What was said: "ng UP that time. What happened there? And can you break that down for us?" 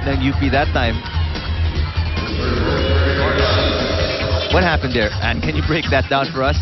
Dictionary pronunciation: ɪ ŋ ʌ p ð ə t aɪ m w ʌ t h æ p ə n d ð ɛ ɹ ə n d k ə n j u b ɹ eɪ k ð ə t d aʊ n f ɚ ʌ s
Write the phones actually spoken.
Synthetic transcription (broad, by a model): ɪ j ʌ b ð ə t aɪ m w ʌ t h æ p ə n d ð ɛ ɹ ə n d k ə n j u b ɹ eɪ k ð ə t d aʊ n f ɚ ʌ s